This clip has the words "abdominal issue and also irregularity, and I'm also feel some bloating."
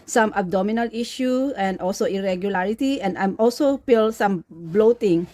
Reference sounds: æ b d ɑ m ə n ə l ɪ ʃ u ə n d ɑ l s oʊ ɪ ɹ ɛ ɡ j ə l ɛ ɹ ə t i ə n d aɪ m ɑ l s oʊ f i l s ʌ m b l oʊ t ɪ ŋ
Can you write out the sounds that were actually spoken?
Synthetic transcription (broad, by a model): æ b d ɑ m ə n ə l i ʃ u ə n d ɑ l s oʊ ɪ ɹ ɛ ɡ j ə l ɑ ɹ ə t i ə n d aɪ m ɑ l s oʊ p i l s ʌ m b l oʊ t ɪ ŋ